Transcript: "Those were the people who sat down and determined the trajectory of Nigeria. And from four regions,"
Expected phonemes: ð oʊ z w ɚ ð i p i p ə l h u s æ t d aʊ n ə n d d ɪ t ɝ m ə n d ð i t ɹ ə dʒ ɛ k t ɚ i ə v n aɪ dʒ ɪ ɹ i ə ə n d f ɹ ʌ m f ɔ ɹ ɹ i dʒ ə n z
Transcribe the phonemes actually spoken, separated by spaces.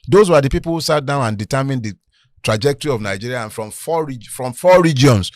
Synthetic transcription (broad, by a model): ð oʊ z w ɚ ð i p i p ə l h u s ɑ t d aʊ n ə n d d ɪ t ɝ m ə n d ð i t ɹ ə dʒ ɛ k t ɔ i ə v n aɪ dʒ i ɹ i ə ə n f ɹ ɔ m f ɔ ɹ ɹ i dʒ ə n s